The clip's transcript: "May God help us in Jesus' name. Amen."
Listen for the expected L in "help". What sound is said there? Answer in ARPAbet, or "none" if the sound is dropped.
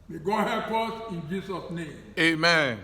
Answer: none